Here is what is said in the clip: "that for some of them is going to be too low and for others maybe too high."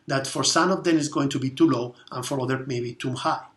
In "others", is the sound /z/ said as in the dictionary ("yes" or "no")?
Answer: no